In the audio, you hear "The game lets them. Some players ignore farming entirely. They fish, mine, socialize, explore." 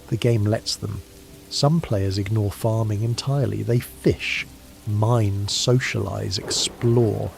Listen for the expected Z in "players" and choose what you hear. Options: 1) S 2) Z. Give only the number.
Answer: 2